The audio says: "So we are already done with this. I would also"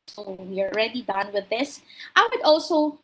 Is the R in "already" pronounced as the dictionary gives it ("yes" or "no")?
yes